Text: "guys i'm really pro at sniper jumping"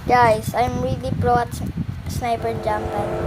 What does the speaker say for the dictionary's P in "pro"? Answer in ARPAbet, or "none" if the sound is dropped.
B